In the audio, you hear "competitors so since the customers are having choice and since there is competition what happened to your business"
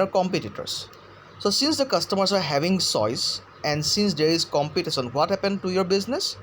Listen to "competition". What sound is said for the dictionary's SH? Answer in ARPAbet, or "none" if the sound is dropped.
S